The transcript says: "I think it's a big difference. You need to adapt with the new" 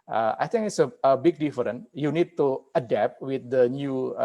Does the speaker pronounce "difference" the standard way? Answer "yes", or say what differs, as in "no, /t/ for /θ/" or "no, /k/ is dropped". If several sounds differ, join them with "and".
no, /s/ is dropped